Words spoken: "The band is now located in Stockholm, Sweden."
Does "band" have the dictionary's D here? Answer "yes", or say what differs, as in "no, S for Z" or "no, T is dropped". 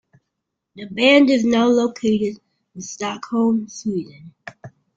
yes